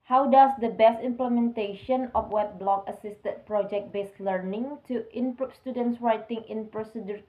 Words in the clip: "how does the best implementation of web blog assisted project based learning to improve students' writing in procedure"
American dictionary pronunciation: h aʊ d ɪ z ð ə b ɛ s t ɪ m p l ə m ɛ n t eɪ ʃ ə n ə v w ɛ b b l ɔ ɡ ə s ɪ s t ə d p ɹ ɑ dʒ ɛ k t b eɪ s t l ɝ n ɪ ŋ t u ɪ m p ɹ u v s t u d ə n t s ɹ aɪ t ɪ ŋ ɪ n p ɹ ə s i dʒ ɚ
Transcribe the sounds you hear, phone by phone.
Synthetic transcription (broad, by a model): h aʊ d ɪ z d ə b ɛ s t ɪ m p l ə m ɛ n t eɪ ʃ ə n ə f w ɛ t b l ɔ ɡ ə s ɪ s t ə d p ɹ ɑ dʒ ɛ k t b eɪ s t l ɝ n ɪ ŋ t u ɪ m p ɹ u p s t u d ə n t s ɹ aɪ t ɪ ŋ ɪ n p ɹ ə s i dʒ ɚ